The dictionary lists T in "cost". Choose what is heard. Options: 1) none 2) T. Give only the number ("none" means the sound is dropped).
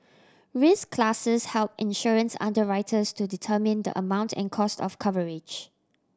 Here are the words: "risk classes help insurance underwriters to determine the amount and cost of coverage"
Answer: 2